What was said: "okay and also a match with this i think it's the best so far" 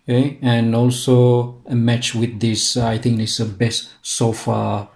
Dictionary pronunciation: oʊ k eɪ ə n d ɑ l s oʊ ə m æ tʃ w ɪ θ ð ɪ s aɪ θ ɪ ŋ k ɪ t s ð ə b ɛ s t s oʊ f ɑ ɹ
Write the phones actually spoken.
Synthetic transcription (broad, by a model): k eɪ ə n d ɑ l s oʊ ə m æ tʃ w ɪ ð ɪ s aɪ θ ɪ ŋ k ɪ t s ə b ɛ s t s oʊ f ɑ